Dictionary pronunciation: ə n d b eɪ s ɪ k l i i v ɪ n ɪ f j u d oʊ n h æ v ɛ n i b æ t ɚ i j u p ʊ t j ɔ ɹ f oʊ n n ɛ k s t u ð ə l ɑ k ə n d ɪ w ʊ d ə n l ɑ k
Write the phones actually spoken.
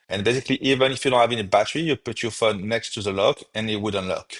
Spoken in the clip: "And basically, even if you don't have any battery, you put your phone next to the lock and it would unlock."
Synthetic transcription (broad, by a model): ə n b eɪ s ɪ k l i i v ɪ n ɪ f j u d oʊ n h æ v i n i b æ t ɚ i j u p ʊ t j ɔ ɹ f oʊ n n ɛ k s t u ð ə l ɑ k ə n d ɪ w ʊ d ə n l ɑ k